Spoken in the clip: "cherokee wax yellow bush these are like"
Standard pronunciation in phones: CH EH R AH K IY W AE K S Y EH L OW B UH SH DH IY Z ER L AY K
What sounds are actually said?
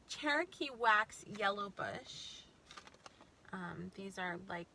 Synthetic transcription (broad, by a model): CH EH R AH K IY W AE K S Y EH L OW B UH SH DH IY Z ER L AY K